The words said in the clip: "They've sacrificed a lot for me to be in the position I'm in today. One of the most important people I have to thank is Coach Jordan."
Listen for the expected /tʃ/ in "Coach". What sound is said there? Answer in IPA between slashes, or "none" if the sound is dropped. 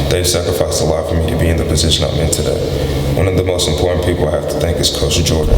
/s/